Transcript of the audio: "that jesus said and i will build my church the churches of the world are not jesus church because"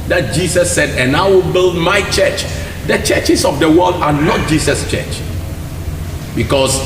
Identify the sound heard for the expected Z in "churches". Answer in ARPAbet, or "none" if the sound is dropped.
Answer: S